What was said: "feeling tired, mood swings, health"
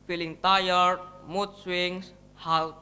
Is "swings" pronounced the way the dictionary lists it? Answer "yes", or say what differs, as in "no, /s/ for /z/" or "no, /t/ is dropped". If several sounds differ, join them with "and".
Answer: no, /s/ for /z/